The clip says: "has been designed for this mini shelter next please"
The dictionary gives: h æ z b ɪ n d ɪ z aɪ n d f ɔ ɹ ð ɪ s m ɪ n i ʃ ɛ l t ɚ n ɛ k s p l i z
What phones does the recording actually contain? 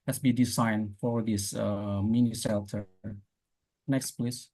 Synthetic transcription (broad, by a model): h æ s b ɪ d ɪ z aɪ n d f ɔ ɹ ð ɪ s m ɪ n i s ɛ l t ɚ n ɛ k s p l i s